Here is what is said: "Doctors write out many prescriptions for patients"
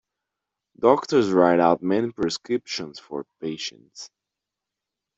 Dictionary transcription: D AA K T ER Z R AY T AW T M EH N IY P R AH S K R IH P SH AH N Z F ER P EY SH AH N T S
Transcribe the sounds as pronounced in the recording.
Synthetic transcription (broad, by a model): D AA K T ER Z R AY T AW T M EH N IY P R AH S K R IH P SH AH N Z F ER P EY SH AH N T S